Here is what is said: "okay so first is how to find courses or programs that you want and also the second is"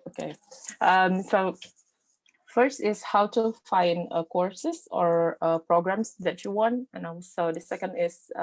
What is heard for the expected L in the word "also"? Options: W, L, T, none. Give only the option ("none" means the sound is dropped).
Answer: none